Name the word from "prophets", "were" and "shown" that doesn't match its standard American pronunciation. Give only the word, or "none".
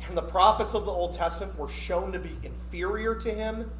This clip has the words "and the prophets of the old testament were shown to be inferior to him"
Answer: none